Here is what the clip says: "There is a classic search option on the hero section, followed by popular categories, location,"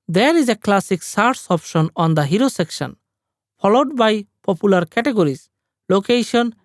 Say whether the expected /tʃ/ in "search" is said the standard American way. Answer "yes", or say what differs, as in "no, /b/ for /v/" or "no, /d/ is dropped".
no, /s/ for /tʃ/